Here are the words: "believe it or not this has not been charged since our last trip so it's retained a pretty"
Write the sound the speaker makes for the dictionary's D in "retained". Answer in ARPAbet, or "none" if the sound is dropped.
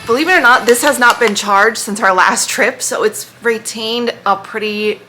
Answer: D